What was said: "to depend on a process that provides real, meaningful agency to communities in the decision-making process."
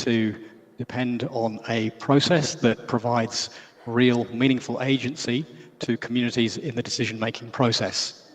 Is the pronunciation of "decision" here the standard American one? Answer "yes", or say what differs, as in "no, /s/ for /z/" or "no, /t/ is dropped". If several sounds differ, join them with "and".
yes